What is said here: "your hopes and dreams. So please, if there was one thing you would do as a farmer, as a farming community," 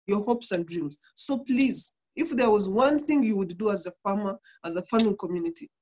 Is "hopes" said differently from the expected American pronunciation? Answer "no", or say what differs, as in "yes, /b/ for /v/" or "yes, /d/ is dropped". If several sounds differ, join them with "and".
no